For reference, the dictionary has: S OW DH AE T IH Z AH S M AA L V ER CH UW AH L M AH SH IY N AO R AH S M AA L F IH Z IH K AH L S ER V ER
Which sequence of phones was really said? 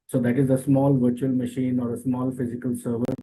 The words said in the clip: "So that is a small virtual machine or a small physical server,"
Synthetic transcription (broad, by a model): S OW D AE T IH Z AH S M AA L V ER CH UW AH L M AH SH IY N AO R AH S M AA L F IH Z IH K AH L S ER V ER